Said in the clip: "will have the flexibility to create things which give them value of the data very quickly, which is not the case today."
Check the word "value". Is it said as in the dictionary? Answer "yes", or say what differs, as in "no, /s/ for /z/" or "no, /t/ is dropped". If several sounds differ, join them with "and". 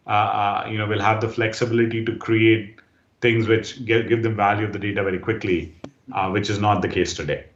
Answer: yes